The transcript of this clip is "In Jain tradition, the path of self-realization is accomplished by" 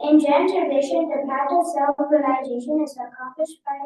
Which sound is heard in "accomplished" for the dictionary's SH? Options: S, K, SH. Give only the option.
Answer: SH